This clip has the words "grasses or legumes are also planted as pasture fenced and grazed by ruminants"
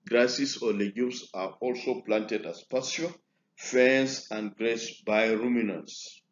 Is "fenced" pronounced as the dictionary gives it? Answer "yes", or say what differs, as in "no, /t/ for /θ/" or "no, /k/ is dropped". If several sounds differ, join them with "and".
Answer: no, /t/ is dropped